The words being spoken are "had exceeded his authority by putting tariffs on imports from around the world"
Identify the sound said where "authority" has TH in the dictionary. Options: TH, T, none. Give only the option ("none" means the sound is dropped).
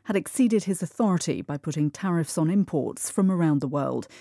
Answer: TH